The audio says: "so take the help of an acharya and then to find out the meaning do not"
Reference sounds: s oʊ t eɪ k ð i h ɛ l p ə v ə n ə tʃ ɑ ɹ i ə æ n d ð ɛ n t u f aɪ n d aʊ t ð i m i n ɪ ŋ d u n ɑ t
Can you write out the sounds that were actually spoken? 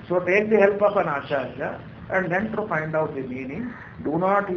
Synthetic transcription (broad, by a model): s oʊ t eɪ k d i h ɛ l p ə p ə n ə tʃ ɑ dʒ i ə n d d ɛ n t u f aɪ n d aʊ t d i m i n ɪ ŋ d u n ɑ t